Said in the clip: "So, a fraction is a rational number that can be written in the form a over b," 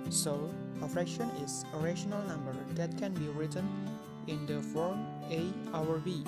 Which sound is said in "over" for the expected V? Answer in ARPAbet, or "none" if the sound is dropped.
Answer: W